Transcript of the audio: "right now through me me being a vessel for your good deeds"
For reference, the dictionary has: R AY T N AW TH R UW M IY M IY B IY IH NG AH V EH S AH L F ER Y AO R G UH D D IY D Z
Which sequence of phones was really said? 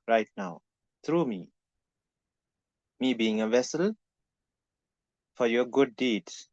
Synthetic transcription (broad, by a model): R AY T N AW T R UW M IY M IY B IY IH NG AH V EH S AH L F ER Y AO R G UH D D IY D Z